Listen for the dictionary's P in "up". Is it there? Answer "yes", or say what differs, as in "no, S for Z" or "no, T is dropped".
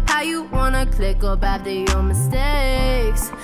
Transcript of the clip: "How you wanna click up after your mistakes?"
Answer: no, B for P